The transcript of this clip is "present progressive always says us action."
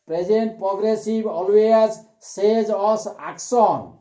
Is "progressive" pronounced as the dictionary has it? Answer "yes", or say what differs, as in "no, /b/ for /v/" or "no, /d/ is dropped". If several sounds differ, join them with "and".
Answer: no, /b/ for /v/